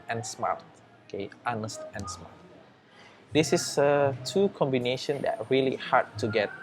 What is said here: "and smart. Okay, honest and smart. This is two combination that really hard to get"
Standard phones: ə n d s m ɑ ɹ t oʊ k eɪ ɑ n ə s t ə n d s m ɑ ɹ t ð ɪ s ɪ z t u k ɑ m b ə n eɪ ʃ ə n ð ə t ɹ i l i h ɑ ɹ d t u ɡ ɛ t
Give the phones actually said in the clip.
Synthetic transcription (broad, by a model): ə n s m ɑ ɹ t oʊ k eɪ ɑ n ə s t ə n s m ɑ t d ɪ s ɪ s t u k ɑ m b ə n eɪ ʃ ə n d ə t ɹ i l i h ɑ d t u ɡ ɛ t